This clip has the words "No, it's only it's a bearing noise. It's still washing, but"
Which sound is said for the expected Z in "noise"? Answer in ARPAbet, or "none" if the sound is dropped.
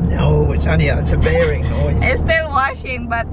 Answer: none